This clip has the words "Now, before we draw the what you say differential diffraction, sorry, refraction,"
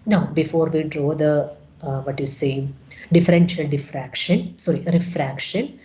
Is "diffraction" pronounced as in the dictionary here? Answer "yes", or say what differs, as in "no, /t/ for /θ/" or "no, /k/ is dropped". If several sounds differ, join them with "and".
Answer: yes